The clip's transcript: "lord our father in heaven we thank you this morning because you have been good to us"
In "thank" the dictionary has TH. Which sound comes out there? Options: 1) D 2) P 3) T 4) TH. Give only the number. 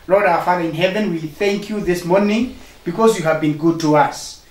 4